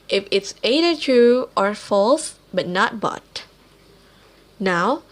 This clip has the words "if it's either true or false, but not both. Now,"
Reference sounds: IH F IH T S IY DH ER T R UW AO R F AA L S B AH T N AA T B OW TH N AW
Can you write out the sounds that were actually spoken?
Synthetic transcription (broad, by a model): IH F IH T S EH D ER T UW AO R F AA L S B AH T N AA T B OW T N AW